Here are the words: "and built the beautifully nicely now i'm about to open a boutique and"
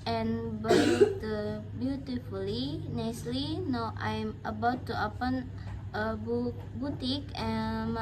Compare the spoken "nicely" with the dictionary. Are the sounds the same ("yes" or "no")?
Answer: yes